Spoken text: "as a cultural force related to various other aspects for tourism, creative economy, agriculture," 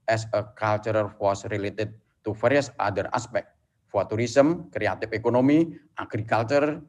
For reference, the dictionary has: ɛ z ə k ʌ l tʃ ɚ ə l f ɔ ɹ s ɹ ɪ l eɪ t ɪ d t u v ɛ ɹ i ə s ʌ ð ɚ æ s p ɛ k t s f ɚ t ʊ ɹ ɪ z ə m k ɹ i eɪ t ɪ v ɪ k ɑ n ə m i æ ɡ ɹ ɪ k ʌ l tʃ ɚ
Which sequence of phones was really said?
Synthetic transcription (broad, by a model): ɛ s ə k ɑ l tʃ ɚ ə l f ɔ s ɹ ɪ l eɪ t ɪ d t u f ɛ ɹ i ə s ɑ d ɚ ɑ s p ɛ k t f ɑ t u ɹ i s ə m k ɹ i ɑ t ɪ f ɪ k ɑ n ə m i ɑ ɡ ɹ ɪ k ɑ l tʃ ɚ